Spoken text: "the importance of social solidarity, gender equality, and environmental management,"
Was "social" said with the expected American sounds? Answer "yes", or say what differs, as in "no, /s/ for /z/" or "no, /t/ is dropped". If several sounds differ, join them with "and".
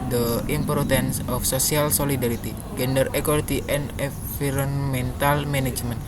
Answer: no, /s/ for /ʃ/